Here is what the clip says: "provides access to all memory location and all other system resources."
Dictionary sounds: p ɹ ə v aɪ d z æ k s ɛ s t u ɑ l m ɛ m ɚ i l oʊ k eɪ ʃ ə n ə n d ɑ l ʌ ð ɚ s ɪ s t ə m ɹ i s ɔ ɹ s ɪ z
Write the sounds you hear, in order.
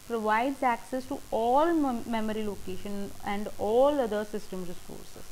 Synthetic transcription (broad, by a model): p ɹ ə v aɪ d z æ k s ɛ s t u ɑ l m ɛ m ɚ i l oʊ k eɪ ʃ ə n ə n d ɑ l ʌ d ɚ s ɪ s t ə m ɹ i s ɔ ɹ s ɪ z